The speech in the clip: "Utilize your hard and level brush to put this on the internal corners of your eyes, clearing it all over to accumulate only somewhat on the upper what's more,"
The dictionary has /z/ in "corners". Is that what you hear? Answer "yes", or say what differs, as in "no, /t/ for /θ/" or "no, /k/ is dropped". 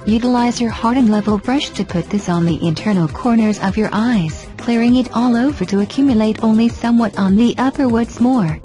yes